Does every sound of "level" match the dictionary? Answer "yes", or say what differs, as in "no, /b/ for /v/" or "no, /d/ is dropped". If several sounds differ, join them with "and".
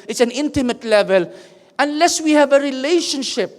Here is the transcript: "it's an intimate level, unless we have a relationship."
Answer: yes